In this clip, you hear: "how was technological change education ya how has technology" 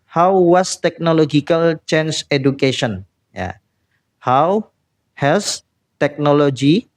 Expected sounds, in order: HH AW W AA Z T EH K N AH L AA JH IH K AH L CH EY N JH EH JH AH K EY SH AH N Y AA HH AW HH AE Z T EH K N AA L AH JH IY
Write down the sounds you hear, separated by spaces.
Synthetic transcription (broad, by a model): HH AW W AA S T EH K N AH L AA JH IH K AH L CH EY N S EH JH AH K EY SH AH N Y AA HH AW HH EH S T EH K N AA L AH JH IY